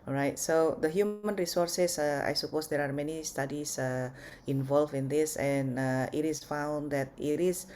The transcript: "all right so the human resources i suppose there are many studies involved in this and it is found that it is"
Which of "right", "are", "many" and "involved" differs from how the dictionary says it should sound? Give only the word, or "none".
involved